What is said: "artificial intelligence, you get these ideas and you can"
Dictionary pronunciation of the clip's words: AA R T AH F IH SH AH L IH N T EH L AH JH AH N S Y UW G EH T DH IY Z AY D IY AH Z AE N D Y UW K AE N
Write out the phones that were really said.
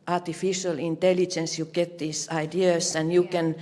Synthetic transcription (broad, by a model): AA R T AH F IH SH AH L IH N T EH L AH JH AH N S Y UW G EH T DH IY S AY D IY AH S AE N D Y UW K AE N